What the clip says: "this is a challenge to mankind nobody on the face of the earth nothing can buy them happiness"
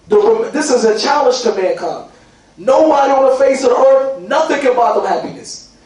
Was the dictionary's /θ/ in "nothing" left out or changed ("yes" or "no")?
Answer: no